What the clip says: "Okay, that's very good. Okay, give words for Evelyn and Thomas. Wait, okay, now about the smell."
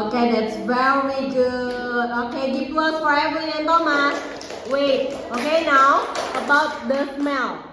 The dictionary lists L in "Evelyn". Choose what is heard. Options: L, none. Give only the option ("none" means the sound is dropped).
none